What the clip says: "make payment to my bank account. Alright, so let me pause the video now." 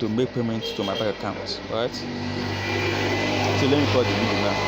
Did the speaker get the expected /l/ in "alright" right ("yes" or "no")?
no